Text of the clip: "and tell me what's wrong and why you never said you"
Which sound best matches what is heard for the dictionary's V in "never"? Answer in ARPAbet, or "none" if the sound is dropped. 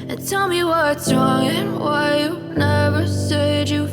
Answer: V